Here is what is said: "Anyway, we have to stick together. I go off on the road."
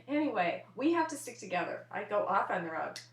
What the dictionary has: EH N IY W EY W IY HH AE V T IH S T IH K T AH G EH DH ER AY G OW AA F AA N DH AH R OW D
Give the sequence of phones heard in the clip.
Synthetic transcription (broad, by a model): EH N IY W EY W IY HH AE F T IH S T IH K T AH G EH DH ER AY G OW AA F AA N DH AH R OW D